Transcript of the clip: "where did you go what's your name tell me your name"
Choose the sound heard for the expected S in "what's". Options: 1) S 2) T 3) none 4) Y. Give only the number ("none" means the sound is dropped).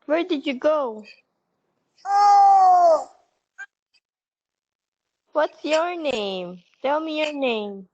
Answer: 1